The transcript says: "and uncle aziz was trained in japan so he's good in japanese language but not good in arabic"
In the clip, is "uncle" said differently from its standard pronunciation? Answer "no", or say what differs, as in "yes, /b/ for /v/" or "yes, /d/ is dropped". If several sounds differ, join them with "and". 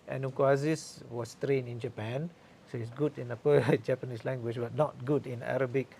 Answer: yes, /ŋ/ is dropped